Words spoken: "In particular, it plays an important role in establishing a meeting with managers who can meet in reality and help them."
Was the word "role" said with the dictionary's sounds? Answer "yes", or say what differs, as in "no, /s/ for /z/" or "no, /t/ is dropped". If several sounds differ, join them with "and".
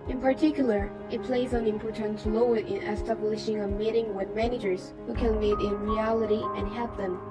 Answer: no, /l/ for /ɹ/